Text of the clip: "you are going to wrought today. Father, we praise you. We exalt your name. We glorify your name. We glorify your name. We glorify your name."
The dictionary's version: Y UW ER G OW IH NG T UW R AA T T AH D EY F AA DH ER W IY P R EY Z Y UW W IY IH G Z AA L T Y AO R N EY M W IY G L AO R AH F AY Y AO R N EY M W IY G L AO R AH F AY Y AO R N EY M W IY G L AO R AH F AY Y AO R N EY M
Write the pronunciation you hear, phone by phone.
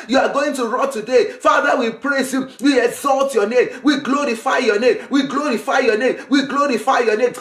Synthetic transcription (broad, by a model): Y UW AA G OW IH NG T UW R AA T T AH D EY F AA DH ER W IY P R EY S Y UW W IY IH G Z AA L T Y AO N EY M W IY G L AO R AH F AY Y AO N EY M W IY G L AO R AH F AY Y AO N EY M W IY G L AO R AH F AY Y AO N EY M